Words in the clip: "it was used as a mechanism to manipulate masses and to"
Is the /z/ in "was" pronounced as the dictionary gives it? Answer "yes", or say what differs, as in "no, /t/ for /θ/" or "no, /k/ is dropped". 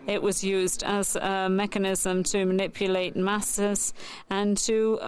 yes